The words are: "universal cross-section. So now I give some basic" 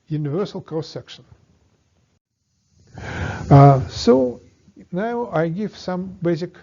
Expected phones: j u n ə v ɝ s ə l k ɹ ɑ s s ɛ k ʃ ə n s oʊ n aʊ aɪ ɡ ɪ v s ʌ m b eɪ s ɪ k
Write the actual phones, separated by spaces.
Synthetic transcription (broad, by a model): j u n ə v ɝ s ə l k ɑ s s ɛ k ʃ ə n s oʊ n aʊ aɪ ɡ ɪ v s ʌ m b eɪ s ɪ k